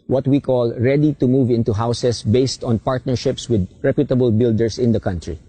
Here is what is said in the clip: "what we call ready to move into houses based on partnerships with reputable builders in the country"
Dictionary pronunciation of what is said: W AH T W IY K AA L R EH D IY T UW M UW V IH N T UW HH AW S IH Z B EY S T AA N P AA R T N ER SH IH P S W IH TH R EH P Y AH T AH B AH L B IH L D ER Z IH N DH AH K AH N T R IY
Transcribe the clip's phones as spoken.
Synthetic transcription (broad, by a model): W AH T W IY K AA L R EH D IY T UW M UW V IH N T UW HH AW S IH S B EY S T AA N P AA R T N ER SH IH P S W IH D R EH P Y AH T AH B AH L B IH L D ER S IH N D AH K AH N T R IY